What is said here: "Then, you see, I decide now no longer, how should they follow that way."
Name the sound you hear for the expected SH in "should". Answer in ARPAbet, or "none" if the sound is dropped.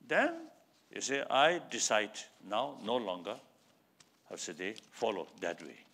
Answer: S